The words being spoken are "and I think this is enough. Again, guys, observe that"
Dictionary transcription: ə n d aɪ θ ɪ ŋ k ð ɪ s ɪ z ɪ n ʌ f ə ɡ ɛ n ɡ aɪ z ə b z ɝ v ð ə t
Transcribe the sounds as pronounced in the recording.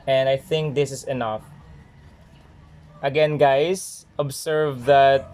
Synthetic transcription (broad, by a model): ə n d aɪ θ ɪ ŋ k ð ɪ s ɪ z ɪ n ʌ f ə ɡ ɛ n ɡ aɪ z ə b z ɝ v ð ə t